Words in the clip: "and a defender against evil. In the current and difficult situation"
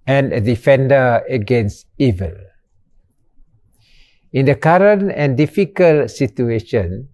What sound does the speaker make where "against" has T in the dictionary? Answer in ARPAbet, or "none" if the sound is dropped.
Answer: T